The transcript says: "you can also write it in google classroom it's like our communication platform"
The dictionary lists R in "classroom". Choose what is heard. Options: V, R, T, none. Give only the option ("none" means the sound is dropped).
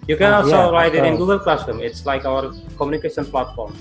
none